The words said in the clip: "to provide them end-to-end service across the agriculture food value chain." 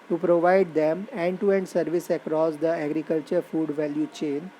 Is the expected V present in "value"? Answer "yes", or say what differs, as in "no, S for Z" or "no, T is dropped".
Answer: yes